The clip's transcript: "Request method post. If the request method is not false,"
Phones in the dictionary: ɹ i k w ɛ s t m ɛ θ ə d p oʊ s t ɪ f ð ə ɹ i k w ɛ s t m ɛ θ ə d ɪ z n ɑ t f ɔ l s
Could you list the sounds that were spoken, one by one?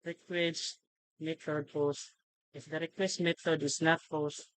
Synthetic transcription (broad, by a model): ɹ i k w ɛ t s m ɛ t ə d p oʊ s ɪ f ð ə ɹ i k w ɛ s t m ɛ t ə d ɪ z n ɑ t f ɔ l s